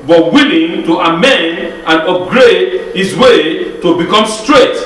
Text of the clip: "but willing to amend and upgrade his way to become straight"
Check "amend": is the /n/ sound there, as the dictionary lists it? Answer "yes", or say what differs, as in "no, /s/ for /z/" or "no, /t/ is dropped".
yes